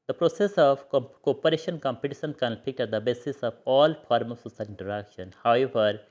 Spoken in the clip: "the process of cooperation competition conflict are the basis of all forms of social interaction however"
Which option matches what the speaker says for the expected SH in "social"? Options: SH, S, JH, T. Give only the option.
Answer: S